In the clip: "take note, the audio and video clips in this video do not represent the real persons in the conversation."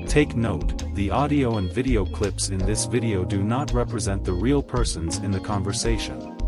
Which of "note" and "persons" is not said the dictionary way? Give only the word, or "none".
none